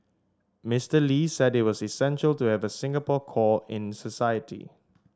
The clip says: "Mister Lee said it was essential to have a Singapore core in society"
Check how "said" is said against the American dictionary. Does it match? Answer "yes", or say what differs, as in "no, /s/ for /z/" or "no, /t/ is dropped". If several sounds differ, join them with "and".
yes